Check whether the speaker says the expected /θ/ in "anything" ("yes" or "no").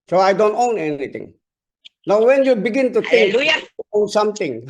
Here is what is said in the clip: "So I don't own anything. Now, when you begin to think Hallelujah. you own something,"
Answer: no